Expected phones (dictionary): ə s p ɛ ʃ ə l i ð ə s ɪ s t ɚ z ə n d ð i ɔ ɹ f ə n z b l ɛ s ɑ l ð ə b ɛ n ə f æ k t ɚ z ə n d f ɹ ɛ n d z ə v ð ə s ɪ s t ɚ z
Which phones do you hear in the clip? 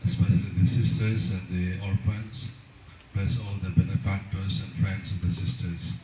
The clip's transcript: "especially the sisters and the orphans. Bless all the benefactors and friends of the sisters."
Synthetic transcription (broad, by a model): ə s p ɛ ʃ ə l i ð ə s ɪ s t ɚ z ə n d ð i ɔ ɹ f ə n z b ɛ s ɑ l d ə b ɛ n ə f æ k t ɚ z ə n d f ɹ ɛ n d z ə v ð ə s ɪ s t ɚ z